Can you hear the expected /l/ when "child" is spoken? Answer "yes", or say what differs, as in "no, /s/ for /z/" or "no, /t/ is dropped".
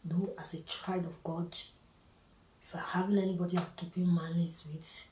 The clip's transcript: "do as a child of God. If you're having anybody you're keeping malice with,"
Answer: no, /l/ is dropped